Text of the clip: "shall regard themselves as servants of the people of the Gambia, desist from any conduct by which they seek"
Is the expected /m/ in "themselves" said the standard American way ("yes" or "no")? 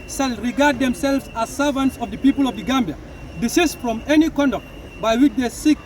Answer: yes